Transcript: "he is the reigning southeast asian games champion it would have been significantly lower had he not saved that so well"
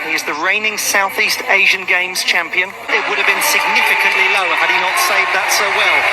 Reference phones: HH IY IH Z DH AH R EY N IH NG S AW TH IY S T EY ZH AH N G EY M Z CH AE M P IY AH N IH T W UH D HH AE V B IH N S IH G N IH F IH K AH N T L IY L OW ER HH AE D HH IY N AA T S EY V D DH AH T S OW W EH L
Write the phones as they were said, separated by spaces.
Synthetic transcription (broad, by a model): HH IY IH Z DH AH R EY N IH NG S AW TH IY S T EY ZH AH N G EY M Z CH AE M P IY AH N IH T W UH D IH V B IH N S IH G N IH F IH K AH N T L IY L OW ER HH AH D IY N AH T S EY V DH AH T S OW W EH L